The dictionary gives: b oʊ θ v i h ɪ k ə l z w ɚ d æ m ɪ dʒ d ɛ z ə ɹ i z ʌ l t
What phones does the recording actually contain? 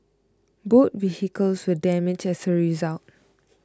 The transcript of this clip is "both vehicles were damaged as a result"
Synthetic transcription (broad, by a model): b oʊ t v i h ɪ k ə l s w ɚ d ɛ m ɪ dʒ ɛ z ə ɹ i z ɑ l t